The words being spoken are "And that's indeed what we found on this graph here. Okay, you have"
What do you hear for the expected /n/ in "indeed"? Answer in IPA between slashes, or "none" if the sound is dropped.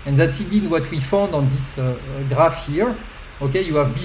none